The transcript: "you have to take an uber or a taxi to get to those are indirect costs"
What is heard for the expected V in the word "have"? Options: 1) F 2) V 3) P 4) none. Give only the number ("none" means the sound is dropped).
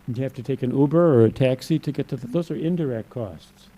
1